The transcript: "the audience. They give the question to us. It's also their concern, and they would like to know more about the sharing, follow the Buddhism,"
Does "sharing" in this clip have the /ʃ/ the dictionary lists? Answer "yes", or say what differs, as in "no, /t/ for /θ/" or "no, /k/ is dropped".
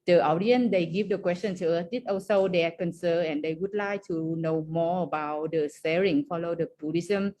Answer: no, /s/ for /ʃ/